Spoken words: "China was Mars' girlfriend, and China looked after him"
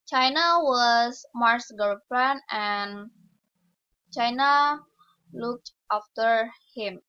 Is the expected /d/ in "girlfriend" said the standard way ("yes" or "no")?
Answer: no